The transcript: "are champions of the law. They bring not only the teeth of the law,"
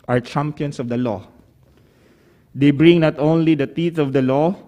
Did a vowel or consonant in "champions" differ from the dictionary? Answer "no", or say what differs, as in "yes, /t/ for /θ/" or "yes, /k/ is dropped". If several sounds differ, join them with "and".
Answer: yes, /s/ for /z/